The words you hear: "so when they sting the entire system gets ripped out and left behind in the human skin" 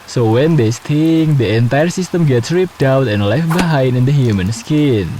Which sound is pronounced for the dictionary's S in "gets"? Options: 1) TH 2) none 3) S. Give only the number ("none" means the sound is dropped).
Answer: 3